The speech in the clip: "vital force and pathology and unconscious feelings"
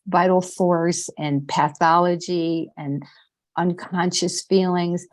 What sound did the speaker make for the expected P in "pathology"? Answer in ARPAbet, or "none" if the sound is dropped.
P